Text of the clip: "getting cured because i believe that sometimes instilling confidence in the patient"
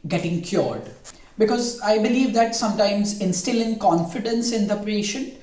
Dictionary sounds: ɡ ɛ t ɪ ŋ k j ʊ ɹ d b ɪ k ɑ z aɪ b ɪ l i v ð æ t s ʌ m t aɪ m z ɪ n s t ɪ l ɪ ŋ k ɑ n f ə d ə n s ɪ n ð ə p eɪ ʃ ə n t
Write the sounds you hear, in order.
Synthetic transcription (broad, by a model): ɡ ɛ t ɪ ŋ k j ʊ ɹ d b ɪ k ɑ z aɪ b ɪ l i v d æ t s ʌ m t aɪ m z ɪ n s t ɪ l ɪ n k ɑ n f ə d ə n s ɪ n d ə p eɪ ʃ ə n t